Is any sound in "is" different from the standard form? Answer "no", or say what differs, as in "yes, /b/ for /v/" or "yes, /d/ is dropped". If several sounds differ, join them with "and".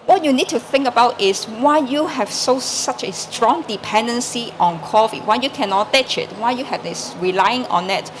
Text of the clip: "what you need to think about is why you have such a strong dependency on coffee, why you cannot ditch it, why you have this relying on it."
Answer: yes, /s/ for /z/